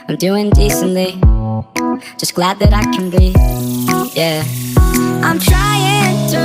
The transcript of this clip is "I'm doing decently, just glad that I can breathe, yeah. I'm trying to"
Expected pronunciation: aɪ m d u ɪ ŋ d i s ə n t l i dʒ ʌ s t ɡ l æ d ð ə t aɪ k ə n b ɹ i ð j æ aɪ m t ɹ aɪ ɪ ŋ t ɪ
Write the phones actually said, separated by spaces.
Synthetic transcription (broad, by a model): aɪ m d u ɪ ŋ d i s ə n t l i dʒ ʌ s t ɡ l æ d ð ə t aɪ k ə n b i j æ aɪ m t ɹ aɪ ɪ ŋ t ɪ